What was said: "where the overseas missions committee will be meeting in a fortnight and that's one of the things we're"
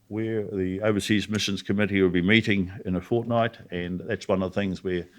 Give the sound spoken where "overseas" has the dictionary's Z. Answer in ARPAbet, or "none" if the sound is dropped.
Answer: Z